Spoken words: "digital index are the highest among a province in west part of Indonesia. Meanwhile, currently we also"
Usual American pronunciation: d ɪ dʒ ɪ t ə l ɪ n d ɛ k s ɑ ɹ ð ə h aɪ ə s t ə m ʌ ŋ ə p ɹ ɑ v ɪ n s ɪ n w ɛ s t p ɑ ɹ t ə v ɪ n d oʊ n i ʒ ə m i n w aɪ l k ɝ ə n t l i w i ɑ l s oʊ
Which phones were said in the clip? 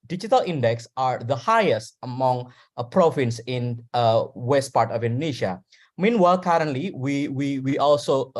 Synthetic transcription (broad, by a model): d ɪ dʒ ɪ t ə l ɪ n d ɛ k s ɑ ɹ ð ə h aɪ ə s t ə m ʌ ŋ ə p ɹ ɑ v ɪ n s ɪ n w ɛ s t p ɑ ɹ t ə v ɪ n d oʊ n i ʃ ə m i n w aɪ l k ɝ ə n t l i w i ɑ l s oʊ